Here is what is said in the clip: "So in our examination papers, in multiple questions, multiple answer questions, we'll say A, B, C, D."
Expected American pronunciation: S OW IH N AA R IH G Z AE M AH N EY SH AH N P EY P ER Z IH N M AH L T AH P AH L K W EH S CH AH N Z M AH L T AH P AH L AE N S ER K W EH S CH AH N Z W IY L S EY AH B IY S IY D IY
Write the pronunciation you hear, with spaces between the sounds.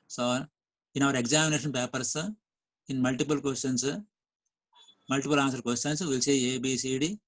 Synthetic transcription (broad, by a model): S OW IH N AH R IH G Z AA M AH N EY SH AH N P EY P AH S IH N M AH L T AH P AH L K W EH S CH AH N S M AH L T AH P AH L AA N S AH K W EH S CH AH N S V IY L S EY AH B IY S IY D IY